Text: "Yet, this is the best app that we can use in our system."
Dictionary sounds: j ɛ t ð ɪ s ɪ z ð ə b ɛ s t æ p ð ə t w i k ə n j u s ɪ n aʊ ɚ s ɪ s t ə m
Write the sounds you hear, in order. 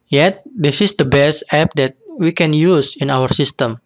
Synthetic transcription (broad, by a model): j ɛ t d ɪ s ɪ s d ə b ɛ s t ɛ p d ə t w i k ə n j u s ɪ n aʊ ɚ s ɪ s t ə m